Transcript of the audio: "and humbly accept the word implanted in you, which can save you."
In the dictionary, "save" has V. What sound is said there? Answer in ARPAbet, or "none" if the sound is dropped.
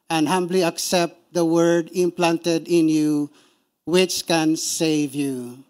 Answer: V